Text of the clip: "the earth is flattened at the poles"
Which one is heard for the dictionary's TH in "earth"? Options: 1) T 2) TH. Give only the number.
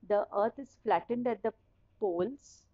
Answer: 1